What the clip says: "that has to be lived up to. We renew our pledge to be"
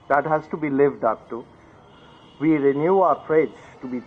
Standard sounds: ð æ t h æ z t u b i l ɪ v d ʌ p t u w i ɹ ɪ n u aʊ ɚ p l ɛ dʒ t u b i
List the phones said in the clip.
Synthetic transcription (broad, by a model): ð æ t h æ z t u b i l ɪ v d ʌ p t u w i ɹ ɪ n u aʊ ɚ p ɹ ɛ z t u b i